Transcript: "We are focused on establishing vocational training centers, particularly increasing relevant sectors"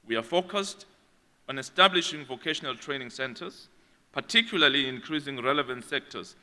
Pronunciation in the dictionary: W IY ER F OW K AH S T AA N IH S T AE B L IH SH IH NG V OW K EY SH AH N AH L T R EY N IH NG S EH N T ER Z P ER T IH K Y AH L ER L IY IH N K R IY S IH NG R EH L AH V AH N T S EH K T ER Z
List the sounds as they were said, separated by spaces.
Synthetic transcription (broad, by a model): W IY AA F OW K AH S T AA N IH S T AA B L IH SH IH NG V OW K EY SH AH N AH L T R EY N IH NG S EH N T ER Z P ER T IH K Y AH L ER L IY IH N K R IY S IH NG R EH L AH V AH N T S EH K T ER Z